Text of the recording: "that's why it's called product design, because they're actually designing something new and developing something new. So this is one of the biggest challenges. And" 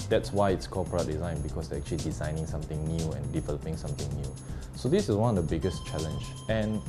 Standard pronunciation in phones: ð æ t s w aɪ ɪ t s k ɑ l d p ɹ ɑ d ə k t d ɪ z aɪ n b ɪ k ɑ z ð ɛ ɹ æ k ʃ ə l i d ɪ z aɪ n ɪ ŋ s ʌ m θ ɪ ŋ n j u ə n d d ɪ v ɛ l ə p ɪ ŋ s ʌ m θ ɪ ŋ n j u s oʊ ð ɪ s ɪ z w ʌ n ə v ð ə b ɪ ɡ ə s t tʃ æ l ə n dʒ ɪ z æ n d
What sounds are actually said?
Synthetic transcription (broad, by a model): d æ t s w aɪ ɪ t s k ɑ p ɑ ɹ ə t d ɪ z aɪ n b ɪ k ɑ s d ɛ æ k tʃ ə l i d ɪ z aɪ n ɪ ŋ s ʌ m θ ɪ ŋ n j u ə n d d ɪ v ɛ l ə p ɪ ŋ s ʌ m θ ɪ ŋ n j u s oʊ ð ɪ s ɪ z w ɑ n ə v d ə b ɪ ɡ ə s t tʃ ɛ l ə n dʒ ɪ n